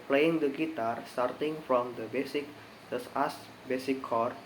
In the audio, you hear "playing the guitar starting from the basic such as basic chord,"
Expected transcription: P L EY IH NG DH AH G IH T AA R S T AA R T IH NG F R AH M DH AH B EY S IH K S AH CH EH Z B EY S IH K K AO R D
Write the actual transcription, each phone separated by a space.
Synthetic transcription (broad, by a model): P L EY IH NG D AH G IH T AA R S T AA R T IH NG F R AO M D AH B EY S IH K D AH S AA S B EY S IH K K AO R